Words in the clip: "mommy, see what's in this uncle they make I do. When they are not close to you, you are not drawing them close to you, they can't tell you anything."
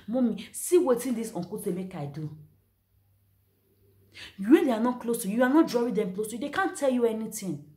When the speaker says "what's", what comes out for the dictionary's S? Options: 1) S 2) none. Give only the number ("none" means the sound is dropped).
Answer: 2